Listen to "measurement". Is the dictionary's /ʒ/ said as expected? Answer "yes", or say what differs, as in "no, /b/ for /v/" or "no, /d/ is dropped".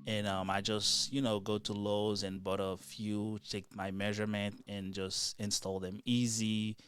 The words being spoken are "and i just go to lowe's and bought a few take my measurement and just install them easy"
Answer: yes